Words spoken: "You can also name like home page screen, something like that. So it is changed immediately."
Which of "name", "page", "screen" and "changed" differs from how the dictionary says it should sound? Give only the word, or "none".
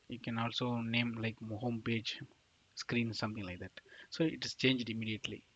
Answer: none